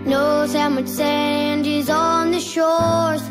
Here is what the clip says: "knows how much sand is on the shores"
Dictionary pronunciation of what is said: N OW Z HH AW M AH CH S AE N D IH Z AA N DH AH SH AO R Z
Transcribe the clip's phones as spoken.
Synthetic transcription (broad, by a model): N OW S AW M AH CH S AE N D IH Z AA N DH AH SH AO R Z